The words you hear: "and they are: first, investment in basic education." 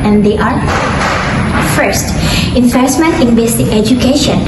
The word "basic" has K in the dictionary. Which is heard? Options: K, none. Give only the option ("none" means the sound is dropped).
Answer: none